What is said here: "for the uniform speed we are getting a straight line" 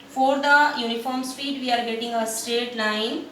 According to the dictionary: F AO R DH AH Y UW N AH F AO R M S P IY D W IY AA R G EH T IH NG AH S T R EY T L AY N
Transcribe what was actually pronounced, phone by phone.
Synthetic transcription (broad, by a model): F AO R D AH Y UW N AH F AO R M S P IY D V IY AA R G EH T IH NG AH S T EY T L AY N